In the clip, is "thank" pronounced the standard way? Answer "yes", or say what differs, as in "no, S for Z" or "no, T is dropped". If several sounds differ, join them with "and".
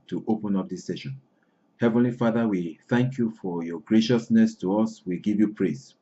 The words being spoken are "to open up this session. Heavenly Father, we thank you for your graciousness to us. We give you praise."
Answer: yes